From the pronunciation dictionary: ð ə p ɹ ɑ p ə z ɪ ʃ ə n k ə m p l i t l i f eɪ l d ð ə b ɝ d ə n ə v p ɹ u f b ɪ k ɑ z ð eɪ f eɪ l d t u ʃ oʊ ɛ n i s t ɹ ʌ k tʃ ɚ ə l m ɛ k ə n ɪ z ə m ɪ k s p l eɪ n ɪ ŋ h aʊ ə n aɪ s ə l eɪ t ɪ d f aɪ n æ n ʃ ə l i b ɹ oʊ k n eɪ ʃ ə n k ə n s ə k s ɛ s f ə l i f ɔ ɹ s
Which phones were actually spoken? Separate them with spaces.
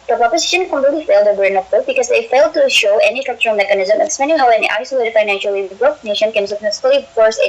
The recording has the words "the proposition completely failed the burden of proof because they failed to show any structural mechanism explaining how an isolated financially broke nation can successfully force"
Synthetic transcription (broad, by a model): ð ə p ɹ ɑ p ə z ɪ ʃ ə n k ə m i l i f eɪ l d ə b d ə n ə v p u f b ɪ k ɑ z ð eɪ f eɪ l d t u ʃ oʊ ɛ n i s t ɹ ʌ k tʃ ɚ ə l m ɛ k ə n ɪ z ə m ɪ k s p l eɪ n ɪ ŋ h aʊ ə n aɪ s ə l eɪ t ɪ d f aɪ n æ n ʃ ə l i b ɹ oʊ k n eɪ ʃ ə n k ə n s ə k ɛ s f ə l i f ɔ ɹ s